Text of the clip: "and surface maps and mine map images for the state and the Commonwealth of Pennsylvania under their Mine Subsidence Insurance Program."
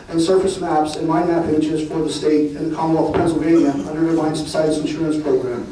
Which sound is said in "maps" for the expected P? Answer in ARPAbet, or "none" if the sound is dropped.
P